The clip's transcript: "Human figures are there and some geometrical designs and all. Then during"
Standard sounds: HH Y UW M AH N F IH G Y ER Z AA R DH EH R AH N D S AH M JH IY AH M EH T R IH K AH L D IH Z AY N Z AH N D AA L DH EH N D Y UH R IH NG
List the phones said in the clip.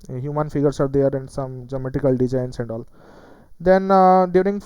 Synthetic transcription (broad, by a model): HH Y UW M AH N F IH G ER S AA R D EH R AH N D S AH M JH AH M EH T IH K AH L D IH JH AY N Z AH N D AA L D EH N D Y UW R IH NG